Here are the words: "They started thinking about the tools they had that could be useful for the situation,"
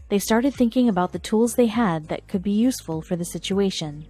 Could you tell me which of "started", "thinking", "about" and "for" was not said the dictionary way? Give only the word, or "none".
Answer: none